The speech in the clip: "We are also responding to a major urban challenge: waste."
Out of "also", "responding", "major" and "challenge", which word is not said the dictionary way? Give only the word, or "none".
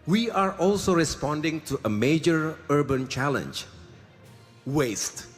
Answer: none